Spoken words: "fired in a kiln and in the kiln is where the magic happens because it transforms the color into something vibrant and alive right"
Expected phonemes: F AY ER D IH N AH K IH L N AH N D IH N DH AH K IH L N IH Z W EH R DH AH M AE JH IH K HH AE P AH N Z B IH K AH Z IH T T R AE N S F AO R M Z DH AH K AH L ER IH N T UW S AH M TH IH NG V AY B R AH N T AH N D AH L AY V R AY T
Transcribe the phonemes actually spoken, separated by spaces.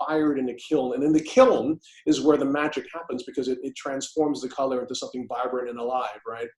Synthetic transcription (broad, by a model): AY ER D IH N AH K IH L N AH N IH N DH AH K IH L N IH Z W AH R DH AH M AE JH IH K HH AE P AH N Z B IH K AH Z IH T T R AE N S F AO R M Z DH AH K AH L ER IH N T UW S AH M TH IH NG V AY B R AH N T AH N AH L AY V R AY T